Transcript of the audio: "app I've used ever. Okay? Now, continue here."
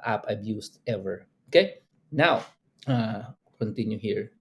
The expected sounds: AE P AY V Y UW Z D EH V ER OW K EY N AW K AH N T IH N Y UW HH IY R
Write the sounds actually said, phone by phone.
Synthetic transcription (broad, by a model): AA P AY B Y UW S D EH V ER OW K EY N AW K AH N T IH N Y UW HH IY R